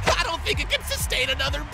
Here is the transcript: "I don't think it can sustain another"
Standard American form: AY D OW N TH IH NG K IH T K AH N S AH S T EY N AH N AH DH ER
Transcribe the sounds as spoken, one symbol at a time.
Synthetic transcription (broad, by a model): AY D OW N TH IH NG K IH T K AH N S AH S T EY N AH N AH DH ER